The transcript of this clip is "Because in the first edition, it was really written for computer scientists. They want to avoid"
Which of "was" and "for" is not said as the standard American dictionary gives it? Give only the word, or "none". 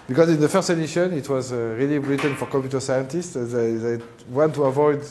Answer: none